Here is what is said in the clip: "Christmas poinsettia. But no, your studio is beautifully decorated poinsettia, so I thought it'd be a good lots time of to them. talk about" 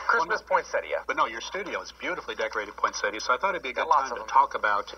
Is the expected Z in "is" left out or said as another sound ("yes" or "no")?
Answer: no